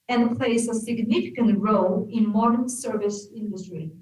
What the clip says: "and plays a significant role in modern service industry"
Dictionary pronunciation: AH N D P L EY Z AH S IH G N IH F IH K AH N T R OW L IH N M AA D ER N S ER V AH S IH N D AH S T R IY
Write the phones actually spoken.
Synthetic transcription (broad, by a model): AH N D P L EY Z AH S IH G N IH F IH K AH N T R OW L IH N M AA D ER N S ER V AH S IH N D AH S T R IY